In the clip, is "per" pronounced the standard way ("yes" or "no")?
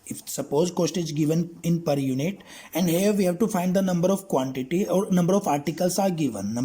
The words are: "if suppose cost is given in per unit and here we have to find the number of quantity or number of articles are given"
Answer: yes